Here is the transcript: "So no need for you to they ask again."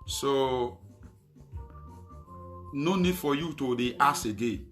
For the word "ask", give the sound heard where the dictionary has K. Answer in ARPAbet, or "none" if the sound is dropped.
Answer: none